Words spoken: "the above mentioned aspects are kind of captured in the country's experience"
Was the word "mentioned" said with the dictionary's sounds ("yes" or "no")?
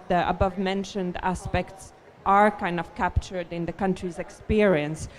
yes